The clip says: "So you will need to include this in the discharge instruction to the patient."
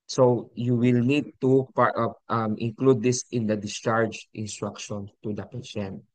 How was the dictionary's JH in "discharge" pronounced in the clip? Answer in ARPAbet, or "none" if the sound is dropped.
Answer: JH